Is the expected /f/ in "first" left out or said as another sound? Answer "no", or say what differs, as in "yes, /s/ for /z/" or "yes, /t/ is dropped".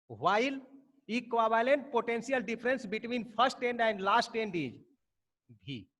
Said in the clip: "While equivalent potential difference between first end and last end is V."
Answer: yes, /p/ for /f/